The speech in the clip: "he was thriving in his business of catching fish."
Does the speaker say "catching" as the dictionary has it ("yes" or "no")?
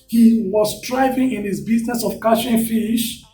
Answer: no